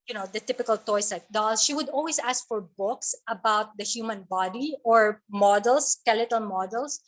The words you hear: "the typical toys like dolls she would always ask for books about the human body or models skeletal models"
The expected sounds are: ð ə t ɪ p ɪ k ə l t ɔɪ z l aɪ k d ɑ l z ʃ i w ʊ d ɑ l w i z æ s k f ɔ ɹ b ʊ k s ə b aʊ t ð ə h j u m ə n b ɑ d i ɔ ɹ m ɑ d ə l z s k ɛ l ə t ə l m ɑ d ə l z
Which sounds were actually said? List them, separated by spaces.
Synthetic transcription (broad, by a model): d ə t ɪ p ɪ k ə l t ɔɪ s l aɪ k d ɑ l ʃ i w ʊ d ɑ l w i s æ s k f ɔ ɹ b ʊ k s ə b aʊ t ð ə h j u m ə n b ɑ d i ɔ ɹ m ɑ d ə l s k ɛ l ə t ə l m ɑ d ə l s